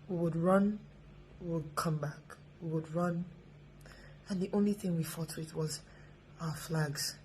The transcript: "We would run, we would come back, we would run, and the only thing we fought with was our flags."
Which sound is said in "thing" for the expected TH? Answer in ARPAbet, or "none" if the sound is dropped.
TH